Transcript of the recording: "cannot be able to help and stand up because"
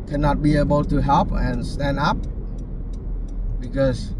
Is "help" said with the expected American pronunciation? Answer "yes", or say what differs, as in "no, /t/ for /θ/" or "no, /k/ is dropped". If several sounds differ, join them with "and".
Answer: yes